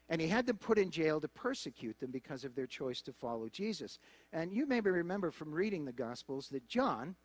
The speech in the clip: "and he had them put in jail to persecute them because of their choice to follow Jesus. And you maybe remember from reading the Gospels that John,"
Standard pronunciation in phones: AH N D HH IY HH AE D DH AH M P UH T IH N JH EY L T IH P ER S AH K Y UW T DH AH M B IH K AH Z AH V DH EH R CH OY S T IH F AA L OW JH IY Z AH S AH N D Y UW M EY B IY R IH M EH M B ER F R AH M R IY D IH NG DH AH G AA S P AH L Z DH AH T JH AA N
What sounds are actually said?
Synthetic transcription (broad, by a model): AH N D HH IY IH D DH AH M P UH T IH N JH EY L T IH P ER S AH K Y UW T DH AH M B IH K AH Z AH V DH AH R CH OY S T IH F AA L OW JH IY Z AH S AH N Y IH M EY B IY R IH M EH M B ER F R AH M R IY D IH NG DH AH G AA S P L Z DH AH T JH AA N